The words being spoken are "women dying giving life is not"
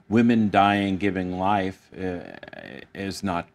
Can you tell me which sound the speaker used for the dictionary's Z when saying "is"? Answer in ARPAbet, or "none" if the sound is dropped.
Z